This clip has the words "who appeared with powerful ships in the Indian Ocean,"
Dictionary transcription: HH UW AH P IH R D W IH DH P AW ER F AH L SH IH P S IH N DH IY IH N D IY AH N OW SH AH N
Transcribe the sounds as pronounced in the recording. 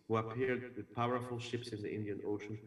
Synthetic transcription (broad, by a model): HH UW AH P IH R D W IH DH P AW ER F AH L SH IH P S IH N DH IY IH N D IY AH N OW SH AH N